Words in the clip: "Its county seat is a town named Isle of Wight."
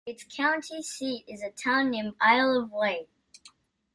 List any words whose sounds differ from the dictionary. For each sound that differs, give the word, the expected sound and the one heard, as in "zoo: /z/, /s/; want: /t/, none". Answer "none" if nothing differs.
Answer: named: /d/, none